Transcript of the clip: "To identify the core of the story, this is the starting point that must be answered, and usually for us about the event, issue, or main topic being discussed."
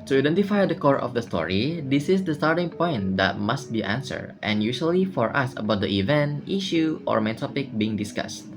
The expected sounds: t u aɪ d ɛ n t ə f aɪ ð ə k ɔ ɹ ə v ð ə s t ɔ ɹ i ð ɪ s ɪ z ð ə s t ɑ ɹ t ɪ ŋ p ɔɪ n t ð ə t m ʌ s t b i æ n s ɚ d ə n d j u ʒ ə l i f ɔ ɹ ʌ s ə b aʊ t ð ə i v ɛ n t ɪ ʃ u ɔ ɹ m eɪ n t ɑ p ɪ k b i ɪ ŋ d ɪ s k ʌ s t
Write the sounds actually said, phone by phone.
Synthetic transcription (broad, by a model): t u aɪ d ɛ n t ə f aɪ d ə k ɔ ɹ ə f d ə s t ɔ ɹ i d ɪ s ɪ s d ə s t ɑ ɹ t ɪ ŋ p ɔɪ n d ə t m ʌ s t b i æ n s ɚ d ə n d j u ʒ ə l i f ɔ ɹ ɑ s ə b aʊ t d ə i v ɛ n t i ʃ u ɔ ɹ m eɪ n t ɑ p ɪ k b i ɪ ŋ d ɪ s k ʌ s t